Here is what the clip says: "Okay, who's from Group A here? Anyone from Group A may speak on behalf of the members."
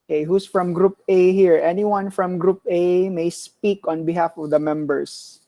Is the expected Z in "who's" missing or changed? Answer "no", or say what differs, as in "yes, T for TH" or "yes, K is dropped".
yes, S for Z